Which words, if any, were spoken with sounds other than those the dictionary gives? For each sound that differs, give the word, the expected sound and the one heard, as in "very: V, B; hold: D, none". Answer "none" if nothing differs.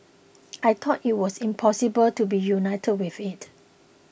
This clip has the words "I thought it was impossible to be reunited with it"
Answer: thought: TH, T; was: Z, S